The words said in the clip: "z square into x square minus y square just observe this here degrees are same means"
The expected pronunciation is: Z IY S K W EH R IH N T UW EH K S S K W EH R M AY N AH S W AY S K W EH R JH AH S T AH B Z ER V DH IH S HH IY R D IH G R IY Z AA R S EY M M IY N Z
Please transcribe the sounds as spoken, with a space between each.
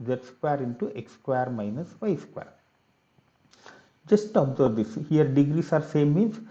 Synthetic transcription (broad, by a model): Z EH S K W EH R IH N T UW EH K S S K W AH R M AY N AH S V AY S K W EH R JH AH S T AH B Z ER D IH S HH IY R D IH G R IY S AA R S EY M M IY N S